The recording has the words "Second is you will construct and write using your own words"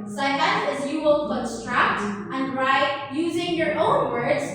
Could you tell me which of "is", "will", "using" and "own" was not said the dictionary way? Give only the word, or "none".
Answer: none